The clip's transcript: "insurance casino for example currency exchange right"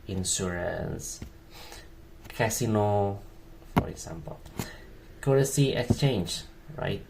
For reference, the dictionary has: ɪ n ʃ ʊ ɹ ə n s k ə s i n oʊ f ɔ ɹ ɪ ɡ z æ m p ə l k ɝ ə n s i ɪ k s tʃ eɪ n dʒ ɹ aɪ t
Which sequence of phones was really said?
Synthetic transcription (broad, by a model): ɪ n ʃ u ɹ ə n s k ə s i n oʊ f ɔ ɹ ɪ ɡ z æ m p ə l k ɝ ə s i ɪ k s tʃ eɪ n dʒ ɹ aɪ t